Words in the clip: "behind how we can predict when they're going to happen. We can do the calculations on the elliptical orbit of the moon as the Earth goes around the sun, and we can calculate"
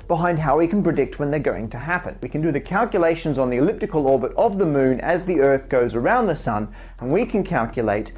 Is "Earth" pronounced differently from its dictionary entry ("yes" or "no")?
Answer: no